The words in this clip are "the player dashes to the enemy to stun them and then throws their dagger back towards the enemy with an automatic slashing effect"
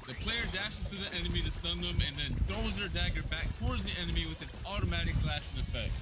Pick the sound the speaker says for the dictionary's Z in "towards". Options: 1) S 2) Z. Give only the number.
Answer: 2